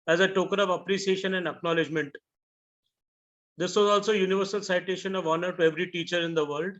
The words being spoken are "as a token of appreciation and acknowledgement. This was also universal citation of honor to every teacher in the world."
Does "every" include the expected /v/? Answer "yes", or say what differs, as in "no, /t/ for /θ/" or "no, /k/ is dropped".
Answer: yes